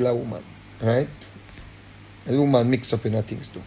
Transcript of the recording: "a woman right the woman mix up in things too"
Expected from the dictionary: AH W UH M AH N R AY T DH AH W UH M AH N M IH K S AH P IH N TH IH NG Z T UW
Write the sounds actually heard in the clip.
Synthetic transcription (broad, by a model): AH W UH M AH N R AY T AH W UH M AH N M IH K S AH P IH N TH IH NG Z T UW